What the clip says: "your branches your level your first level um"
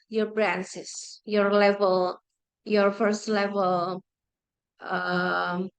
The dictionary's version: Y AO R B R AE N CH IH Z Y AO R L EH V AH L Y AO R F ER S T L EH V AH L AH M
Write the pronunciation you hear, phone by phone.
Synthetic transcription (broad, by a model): Y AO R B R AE N S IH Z Y AO R L EH V AH L Y AO R F ER S T L EH V AH L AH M